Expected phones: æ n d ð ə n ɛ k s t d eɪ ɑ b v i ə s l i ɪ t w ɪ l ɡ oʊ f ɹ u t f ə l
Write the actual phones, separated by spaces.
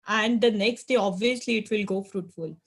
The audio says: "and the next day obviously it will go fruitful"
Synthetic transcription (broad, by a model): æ n d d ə n ɛ k s t d eɪ ɑ b v i ə s l i ɪ t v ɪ l ɡ oʊ f ɹ u t f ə l